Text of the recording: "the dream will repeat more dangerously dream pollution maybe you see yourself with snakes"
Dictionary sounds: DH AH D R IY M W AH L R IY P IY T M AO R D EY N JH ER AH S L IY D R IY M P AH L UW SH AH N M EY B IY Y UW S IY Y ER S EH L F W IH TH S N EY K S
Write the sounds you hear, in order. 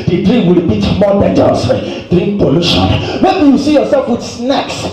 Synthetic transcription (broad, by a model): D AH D R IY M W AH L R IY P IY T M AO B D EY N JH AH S IY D R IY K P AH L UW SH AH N M EY B IY Y UW S IY Y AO S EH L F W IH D S N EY K S